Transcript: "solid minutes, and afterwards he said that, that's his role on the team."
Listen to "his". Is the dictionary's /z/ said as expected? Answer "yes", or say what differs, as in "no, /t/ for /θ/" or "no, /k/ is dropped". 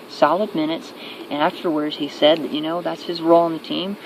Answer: yes